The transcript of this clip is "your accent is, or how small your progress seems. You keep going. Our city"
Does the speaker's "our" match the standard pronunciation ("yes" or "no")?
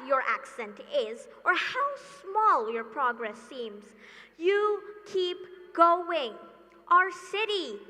yes